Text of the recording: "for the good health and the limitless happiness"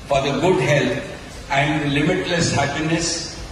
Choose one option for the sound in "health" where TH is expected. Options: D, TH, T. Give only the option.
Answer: T